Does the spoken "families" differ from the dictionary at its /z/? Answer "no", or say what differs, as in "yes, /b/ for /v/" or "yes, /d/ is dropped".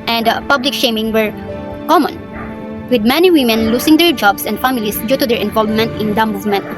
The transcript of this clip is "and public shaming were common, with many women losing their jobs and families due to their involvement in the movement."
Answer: yes, /s/ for /z/